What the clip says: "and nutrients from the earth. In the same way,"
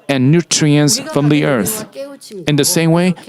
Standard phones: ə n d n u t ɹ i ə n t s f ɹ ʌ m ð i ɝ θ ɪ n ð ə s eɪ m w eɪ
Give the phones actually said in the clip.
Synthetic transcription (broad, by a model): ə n n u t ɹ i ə n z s f ɹ ʌ m ð i ɝ θ ɪ n ð ə s eɪ m w eɪ